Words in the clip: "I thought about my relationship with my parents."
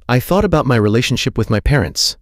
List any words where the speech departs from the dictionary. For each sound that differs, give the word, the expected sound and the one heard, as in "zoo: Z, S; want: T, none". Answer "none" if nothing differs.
none